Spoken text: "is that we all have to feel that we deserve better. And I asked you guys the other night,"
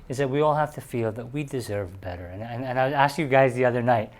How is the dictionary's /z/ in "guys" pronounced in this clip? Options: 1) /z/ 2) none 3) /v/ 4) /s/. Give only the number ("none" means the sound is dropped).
1